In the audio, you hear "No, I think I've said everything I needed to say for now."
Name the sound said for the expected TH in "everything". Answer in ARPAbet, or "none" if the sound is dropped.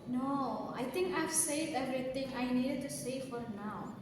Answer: T